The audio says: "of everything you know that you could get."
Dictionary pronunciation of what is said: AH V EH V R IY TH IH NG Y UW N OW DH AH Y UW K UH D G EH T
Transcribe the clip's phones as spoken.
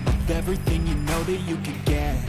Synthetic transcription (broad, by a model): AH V EH V R IY TH IH NG Y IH N OW DH AH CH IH K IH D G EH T